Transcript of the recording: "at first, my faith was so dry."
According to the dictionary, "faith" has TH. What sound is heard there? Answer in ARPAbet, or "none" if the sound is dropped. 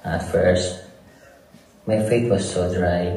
T